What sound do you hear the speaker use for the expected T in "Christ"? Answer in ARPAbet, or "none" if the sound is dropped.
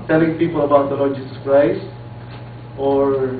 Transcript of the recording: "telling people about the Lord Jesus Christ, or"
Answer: T